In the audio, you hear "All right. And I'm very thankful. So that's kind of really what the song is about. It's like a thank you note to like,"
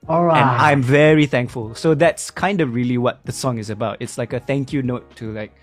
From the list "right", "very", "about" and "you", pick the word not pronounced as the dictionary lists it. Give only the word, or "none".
right